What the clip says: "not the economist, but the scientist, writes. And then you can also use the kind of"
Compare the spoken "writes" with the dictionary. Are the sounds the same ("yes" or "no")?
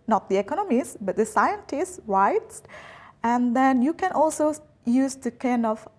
no